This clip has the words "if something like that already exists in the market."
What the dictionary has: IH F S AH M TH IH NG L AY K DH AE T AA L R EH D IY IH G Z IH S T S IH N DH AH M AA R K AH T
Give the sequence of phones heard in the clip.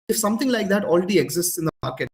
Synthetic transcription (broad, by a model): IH F S AH M T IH NG L AY K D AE T AA L R EH D IY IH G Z IH S T S IH N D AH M AA R K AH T